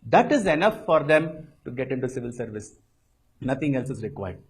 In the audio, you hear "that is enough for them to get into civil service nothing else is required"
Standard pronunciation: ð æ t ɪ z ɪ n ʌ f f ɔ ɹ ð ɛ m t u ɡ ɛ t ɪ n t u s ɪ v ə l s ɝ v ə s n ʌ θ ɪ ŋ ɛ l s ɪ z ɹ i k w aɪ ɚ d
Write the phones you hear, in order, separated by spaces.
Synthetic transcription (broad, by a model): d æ t ɪ z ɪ n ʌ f f ɔ ɹ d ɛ m t u ɡ ɛ t ɪ n t u s ɪ v ə l s ɝ v ə s n ʌ t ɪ ŋ ɛ l s ɪ z ɹ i k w aɪ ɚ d